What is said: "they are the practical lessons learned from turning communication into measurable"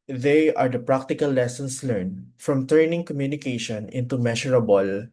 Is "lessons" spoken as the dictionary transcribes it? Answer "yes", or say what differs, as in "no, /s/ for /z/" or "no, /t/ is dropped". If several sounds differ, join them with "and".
no, /s/ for /z/